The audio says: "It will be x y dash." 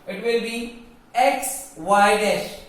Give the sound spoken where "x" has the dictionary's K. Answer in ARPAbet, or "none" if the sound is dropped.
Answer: K